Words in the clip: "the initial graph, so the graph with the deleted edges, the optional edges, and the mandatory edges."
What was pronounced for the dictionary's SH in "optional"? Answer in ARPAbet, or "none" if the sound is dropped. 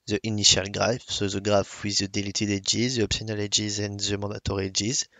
S